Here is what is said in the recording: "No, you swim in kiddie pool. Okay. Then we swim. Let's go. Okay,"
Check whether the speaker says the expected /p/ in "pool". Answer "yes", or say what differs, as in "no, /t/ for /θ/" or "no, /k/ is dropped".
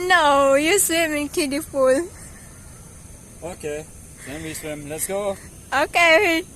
no, /f/ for /p/